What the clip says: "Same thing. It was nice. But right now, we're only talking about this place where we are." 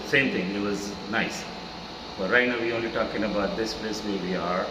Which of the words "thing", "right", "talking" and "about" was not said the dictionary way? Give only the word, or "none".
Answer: thing